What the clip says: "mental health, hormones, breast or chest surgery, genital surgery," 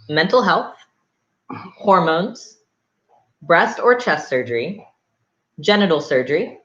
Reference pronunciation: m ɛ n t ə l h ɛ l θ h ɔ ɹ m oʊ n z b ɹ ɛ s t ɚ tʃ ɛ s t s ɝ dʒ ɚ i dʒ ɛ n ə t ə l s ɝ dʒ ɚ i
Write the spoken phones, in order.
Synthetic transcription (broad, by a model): m ɛ n t l h ɛ l θ h ɔ ɹ m oʊ n z b ɹ ɛ s t ɚ tʃ ɛ s t s ɝ dʒ ɚ i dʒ ɛ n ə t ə l s ɝ dʒ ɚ i